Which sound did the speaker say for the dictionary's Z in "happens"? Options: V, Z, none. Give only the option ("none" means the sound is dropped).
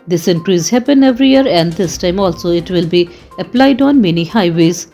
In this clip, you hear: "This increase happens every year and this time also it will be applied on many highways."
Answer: none